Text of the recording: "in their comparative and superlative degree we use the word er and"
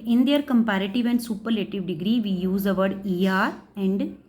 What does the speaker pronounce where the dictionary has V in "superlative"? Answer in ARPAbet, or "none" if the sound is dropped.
V